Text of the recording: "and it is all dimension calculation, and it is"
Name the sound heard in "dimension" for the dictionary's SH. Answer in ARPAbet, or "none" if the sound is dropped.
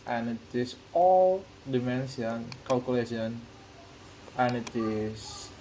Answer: S